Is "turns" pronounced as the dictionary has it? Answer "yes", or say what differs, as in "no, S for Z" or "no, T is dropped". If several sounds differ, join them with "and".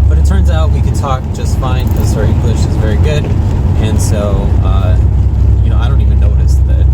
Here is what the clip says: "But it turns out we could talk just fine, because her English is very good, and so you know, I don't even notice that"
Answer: yes